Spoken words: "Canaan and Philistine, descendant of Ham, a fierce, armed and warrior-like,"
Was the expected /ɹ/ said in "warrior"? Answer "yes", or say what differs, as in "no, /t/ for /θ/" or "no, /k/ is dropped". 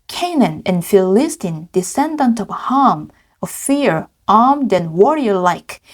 yes